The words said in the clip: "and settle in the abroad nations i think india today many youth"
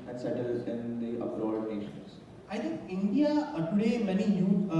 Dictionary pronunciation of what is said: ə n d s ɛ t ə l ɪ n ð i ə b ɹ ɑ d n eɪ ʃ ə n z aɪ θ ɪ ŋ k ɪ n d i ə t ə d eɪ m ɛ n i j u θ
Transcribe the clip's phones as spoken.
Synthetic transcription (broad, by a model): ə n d s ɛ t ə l ɪ n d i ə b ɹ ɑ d n eɪ ʃ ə n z aɪ t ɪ ŋ k ɪ n d i ə t ə d eɪ m ɛ n i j u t